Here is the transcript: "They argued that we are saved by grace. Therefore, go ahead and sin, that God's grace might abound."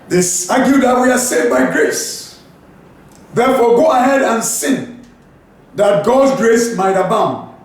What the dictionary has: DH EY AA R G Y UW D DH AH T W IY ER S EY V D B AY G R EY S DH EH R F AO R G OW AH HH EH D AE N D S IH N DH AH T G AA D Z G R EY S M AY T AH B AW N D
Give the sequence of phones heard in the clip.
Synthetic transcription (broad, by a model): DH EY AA G Y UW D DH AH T W IY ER S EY D B AY G R EY S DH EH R F AO G OW AH HH EH D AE N S IH N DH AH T G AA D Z G R EY S M AY T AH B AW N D